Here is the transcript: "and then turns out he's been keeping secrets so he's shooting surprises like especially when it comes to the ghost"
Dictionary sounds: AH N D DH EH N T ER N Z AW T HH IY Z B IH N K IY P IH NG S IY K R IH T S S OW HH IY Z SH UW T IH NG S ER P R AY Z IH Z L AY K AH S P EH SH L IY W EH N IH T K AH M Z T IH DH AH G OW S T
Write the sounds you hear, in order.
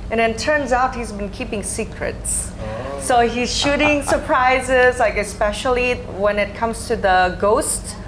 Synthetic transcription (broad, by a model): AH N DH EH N T ER N Z AW T HH IY Z B IH N K IY P IH NG S IY K R IH T S S OW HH IY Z SH UW T IH NG S ER P R AY Z IH Z L AY K AH S P EH SH L IY W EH N IH T K AH M Z T IH DH AH G OW S T